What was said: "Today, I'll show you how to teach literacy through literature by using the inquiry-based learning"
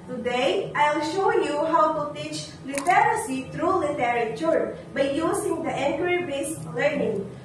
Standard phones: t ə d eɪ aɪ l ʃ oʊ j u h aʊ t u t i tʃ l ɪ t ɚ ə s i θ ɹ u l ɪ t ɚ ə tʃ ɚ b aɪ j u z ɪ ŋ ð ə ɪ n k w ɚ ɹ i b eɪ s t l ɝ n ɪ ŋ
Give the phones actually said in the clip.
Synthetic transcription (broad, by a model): t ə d eɪ aɪ l ʃ oʊ j u h aʊ t u t i tʃ l ɪ t ɚ ə s i t ɹ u l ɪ t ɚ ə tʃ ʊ b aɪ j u s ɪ ŋ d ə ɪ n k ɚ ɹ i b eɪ s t l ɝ n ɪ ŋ